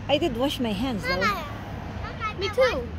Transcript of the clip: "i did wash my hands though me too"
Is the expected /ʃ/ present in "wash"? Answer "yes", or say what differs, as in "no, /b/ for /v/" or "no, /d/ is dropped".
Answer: yes